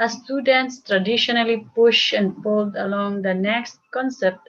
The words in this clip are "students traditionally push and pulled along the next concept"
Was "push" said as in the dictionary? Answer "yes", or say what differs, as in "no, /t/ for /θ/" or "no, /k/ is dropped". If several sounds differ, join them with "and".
yes